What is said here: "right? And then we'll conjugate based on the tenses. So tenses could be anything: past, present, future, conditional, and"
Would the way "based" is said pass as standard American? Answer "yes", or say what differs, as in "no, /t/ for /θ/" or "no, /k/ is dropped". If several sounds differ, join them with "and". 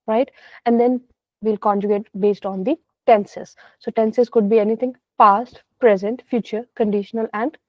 yes